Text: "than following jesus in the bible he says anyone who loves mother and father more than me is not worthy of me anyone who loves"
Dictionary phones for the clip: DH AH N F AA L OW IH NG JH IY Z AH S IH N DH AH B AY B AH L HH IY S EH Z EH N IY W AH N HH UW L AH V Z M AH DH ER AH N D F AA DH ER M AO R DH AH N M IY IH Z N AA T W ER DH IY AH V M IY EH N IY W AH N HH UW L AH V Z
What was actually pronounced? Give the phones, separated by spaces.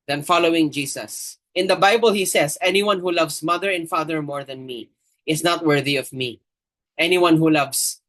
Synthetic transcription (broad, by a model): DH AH N F AA L OW IH NG JH IY S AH S IH N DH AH B AY B AH L HH IY S EH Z EH N IY W AH N HH UW L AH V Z M AH DH ER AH N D F AA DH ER M AO R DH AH N M IY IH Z N AA T W ER DH IY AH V M IY EH N IY W AH N HH UW L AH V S